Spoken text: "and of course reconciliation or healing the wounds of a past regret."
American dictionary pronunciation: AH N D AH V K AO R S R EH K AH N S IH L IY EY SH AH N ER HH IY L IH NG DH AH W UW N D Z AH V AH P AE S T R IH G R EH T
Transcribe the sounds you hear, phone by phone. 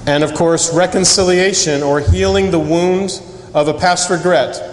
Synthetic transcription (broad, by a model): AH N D AH V K AO R S R EH K AH N S IH L IY EY SH AH N ER HH IY L IH NG DH AH W UW N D AH V AH P AE S T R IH G R EH T